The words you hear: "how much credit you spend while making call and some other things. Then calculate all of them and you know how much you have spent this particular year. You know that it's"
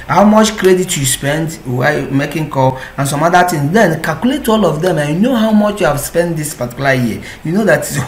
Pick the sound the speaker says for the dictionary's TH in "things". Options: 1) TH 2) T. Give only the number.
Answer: 2